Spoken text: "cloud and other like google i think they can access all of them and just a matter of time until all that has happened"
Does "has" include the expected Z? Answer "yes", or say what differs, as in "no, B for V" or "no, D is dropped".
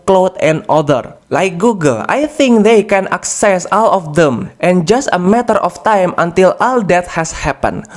no, S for Z